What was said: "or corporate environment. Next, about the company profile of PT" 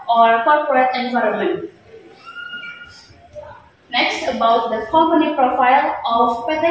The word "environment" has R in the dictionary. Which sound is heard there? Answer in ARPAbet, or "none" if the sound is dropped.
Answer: R